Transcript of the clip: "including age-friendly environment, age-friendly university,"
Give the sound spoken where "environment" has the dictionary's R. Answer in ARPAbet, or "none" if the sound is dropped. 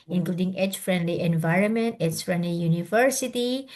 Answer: R